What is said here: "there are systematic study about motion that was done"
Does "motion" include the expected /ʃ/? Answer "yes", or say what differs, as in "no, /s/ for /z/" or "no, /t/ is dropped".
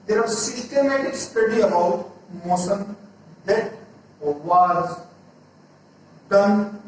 no, /s/ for /ʃ/